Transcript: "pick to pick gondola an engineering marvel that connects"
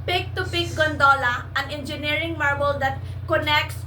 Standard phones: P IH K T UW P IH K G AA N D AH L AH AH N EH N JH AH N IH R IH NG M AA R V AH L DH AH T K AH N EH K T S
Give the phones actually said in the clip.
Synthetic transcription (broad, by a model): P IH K T UW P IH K G AA N D AH L AH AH N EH N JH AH N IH R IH NG M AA R B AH L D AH T K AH N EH K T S